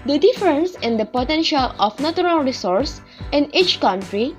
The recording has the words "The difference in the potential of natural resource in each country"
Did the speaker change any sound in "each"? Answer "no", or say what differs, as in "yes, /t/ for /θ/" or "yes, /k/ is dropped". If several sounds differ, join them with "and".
no